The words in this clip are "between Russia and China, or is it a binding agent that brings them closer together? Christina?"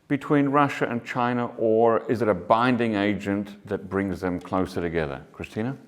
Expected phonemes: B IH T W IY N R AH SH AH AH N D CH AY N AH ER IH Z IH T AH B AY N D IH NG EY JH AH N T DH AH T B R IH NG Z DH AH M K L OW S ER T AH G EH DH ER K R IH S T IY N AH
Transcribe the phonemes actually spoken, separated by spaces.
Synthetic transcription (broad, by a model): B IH T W IY N R AH SH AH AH N CH AY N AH ER IH Z IH T AH B AY N D IH NG EY JH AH N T DH AH T B R IH NG Z DH AH M K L OW S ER T AH G EH DH ER K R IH S T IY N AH